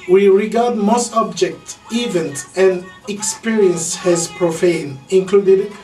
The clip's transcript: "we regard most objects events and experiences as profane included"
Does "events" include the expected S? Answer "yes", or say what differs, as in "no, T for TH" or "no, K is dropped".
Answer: no, S is dropped